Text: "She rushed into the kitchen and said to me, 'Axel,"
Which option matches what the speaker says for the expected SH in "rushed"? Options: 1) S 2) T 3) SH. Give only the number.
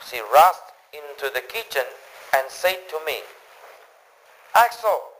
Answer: 1